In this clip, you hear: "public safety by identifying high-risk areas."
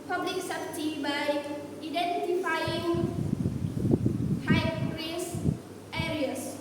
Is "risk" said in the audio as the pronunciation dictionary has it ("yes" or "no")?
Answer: no